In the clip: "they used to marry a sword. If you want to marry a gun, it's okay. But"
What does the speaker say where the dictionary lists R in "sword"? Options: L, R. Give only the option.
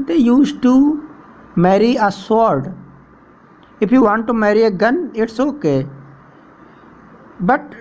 R